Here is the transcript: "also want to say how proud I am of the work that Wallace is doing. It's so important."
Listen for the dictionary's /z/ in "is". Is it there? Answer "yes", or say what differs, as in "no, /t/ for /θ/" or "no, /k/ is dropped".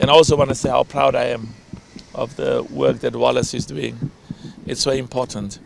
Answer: yes